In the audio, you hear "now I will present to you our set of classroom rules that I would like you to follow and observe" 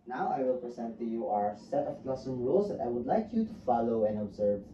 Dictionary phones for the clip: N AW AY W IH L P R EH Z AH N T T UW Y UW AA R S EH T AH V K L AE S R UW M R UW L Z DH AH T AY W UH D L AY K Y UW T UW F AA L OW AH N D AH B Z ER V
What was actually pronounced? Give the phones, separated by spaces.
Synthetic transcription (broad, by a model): N AW AY W IH L P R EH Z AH N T T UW Y UW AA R S EH T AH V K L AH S AH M R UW L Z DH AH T AY W UH D L AY K Y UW T UW F AA L OW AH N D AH B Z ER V